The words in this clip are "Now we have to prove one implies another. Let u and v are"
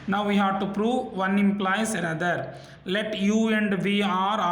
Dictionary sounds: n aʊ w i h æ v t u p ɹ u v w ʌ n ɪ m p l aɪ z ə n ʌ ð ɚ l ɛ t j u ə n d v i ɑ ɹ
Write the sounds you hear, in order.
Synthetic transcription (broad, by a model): n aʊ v i h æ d t u p ɹ u v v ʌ n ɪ m p l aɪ s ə n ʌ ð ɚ l ɛ t j u ə n d v i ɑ ɹ